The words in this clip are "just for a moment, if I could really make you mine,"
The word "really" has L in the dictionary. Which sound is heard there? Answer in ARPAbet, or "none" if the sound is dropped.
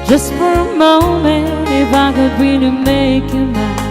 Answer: N